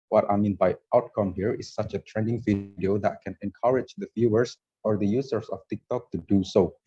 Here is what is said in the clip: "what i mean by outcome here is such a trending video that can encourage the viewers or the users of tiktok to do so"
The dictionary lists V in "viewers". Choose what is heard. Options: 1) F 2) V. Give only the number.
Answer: 1